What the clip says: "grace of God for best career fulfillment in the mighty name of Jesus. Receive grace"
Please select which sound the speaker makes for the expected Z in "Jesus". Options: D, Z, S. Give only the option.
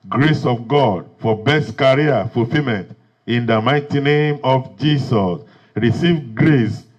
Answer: S